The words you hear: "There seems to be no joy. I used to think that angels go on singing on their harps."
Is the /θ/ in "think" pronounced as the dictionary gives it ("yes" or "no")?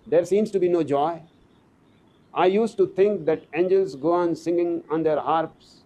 no